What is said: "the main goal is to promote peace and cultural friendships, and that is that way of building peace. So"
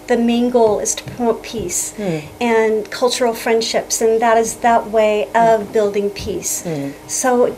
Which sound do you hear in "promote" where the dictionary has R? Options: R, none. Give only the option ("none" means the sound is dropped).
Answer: none